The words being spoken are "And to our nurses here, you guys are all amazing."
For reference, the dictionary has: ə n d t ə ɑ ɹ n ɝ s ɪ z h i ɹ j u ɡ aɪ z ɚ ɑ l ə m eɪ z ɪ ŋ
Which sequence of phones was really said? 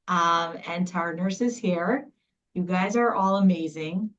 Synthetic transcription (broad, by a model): ə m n t ɑ ɹ n ɝ s ɪ z h i ɹ j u ɡ aɪ z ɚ ɑ l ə m eɪ z ɪ ŋ